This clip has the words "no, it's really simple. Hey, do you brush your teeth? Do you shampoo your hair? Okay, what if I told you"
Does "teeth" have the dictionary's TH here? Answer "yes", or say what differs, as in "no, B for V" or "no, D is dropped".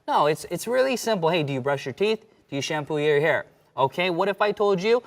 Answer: yes